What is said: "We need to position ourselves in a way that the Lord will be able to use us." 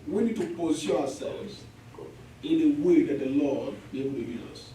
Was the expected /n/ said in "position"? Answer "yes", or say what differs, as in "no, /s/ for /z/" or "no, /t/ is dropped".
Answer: no, /n/ is dropped